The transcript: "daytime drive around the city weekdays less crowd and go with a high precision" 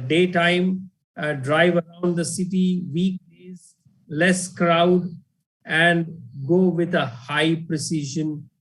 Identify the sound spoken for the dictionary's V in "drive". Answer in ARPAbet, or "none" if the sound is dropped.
V